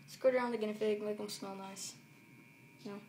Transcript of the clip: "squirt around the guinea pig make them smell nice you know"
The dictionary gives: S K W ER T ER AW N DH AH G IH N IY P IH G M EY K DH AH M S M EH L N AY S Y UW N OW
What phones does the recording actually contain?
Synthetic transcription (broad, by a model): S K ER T ER AW N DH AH G IH N IY F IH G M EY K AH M S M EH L N AY S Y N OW